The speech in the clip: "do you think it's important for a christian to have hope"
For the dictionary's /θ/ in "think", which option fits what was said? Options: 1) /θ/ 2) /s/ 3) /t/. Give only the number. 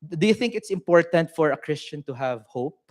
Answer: 1